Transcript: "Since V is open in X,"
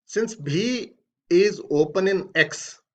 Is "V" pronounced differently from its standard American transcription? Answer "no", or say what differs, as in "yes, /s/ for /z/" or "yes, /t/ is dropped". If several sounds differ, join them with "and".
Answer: yes, /b/ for /v/